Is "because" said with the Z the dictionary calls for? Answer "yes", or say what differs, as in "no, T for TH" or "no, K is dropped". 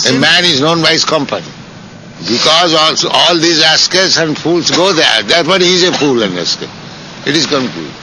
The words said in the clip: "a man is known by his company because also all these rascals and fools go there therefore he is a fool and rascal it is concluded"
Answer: yes